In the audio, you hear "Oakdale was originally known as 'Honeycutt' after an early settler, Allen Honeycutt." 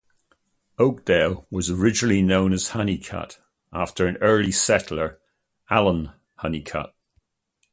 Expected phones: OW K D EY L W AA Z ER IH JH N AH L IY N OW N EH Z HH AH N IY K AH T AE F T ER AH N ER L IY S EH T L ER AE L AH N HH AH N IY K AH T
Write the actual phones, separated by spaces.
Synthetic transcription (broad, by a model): OW K D EY L W AA Z ER IH JH N AH L IY N OW N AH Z HH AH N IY K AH T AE F T ER AH N ER L IY S EH T L ER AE L AH N HH AH N IY K AH T